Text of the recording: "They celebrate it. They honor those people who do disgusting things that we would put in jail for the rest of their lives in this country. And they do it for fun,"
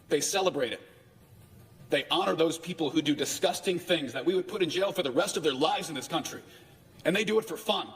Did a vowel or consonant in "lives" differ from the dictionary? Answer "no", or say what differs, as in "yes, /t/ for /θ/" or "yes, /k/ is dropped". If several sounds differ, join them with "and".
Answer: no